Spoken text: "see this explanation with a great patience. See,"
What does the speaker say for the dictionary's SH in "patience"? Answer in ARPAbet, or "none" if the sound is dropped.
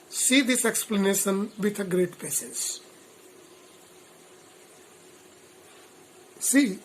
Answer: S